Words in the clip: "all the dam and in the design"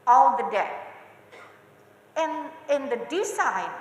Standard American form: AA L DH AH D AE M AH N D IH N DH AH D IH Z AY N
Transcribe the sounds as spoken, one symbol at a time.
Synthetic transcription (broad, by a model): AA L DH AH D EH AH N IH N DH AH D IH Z AY N